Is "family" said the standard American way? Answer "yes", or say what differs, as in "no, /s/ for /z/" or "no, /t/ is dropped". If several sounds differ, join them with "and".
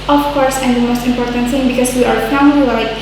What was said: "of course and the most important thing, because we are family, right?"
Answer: no, /m/ is dropped and /n/ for /l/